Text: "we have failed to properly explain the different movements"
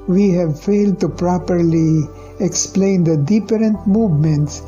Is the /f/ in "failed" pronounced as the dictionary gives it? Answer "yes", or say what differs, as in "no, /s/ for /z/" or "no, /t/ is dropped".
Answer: yes